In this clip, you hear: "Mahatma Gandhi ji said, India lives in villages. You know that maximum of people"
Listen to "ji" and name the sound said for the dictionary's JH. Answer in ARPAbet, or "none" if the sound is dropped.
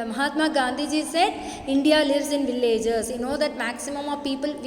JH